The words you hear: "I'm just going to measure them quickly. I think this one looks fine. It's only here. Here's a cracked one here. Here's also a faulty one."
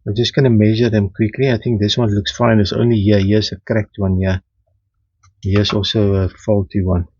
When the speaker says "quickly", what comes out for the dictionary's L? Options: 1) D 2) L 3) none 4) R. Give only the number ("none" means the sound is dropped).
2